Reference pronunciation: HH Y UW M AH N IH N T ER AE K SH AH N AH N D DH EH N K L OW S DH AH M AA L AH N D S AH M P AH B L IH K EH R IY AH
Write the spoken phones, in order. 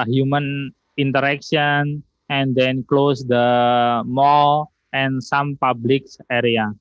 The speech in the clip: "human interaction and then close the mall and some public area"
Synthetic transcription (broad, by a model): HH Y UW M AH N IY N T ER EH K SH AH N AH N D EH N K L OW S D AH M AA L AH N S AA M P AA B L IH K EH R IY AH